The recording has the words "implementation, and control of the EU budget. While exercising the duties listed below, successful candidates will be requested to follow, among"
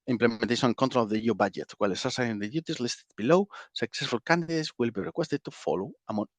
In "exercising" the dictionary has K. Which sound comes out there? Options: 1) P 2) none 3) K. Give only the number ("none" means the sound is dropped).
2